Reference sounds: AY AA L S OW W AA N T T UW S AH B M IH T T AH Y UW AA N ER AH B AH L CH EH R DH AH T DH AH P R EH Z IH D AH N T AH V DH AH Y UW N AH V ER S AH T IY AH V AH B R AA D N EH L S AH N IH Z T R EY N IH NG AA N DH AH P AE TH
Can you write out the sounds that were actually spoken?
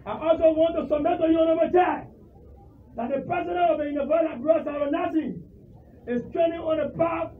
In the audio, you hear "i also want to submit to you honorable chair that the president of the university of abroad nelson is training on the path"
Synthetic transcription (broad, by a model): AY AA L S OW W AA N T T UW S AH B M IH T T AH Y UW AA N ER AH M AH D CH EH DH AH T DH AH P R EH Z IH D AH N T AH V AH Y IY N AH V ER AH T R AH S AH R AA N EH S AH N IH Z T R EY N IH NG AA N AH P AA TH